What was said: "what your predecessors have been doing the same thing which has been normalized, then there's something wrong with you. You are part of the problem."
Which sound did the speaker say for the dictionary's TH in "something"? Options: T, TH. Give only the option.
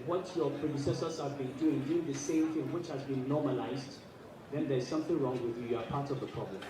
TH